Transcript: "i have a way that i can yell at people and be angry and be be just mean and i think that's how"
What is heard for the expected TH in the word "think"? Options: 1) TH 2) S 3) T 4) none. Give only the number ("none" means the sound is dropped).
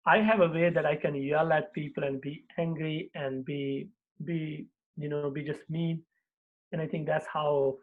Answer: 3